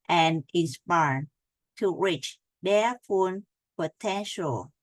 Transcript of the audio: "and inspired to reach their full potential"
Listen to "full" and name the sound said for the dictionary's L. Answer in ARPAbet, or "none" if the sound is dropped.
N